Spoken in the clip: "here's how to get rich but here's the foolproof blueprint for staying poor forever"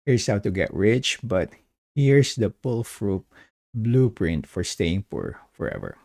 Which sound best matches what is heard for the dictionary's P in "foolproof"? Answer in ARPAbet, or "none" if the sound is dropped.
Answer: F